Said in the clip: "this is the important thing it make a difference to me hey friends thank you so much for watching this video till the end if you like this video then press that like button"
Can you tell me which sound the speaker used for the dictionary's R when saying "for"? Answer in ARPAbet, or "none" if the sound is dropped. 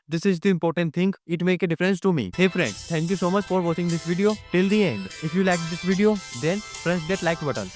R